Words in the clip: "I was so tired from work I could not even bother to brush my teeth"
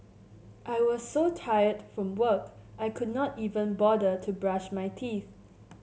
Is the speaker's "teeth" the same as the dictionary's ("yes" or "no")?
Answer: yes